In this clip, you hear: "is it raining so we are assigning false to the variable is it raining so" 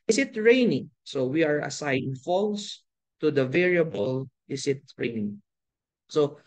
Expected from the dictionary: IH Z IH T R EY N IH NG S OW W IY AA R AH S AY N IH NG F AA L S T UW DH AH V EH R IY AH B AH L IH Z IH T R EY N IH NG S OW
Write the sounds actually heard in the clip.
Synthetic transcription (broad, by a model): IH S IH T R EY N IH NG S OW W IY AA R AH S AY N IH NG F AA L S T UW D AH V EH R IY AH B AH L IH S IH T R EY N IH NG S OW